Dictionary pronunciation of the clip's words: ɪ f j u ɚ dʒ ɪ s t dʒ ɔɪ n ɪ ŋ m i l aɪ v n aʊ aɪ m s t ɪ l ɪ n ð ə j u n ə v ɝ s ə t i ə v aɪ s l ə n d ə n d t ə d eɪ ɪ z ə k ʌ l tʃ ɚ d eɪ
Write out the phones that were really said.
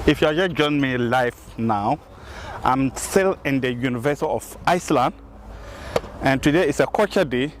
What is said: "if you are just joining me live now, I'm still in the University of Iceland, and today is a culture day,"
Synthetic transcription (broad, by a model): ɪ f j u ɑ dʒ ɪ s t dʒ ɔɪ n m i l aɪ f n aʊ aɪ m s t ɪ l ɪ n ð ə j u n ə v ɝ s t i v aɪ s l ə n d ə n t ə d eɪ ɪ s ə k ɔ tʃ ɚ d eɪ